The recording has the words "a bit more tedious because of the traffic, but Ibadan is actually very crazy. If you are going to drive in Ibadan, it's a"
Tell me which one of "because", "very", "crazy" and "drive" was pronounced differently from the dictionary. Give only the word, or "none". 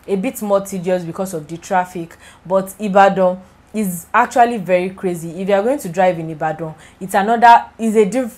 because